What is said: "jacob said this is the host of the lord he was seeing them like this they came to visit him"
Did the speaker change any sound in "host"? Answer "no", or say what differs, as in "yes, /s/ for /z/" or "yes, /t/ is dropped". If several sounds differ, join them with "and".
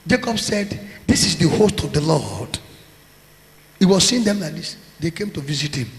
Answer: no